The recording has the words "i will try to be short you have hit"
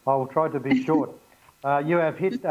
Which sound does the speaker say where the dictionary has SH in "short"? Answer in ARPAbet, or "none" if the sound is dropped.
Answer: SH